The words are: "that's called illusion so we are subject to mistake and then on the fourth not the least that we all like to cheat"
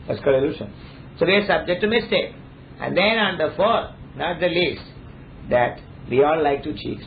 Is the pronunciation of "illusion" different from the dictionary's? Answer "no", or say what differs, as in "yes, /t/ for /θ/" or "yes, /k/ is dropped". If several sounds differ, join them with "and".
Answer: yes, /ʃ/ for /ʒ/